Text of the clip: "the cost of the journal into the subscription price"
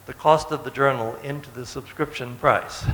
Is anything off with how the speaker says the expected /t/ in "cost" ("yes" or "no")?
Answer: no